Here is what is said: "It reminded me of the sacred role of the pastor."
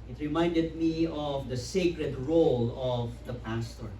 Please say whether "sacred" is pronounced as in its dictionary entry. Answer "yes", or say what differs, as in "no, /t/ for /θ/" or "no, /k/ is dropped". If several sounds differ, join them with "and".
yes